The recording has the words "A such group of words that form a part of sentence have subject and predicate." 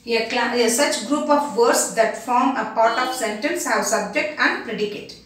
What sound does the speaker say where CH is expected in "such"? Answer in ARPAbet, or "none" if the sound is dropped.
CH